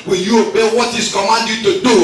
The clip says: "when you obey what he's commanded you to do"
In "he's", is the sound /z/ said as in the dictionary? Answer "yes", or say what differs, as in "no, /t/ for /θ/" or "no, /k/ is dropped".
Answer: no, /s/ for /z/